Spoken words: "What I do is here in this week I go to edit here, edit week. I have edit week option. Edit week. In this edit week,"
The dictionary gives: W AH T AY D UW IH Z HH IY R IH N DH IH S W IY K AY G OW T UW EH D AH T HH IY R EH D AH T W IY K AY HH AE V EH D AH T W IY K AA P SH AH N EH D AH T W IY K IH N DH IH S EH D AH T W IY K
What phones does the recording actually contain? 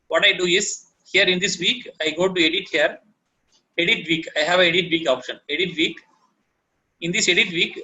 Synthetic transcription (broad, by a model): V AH T AY D UW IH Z HH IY R IH N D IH S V IY K AY G OW T UW EH D AH T HH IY R EH D AH T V IY K AY HH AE V EH D AH T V IY K AA P SH AH N EH D AH T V IY K IH N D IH S EH D AH T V IY K